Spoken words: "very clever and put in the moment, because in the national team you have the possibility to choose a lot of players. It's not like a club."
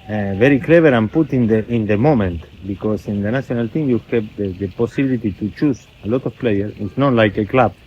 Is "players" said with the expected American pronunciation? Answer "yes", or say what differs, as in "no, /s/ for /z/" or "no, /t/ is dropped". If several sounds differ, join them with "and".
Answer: no, /z/ is dropped